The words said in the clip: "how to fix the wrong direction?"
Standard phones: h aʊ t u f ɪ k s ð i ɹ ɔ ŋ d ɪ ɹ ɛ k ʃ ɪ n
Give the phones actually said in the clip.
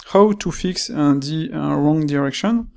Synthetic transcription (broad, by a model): h aʊ t u f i k s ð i ɹ ɔ ŋ d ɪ ɹ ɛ k ʃ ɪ n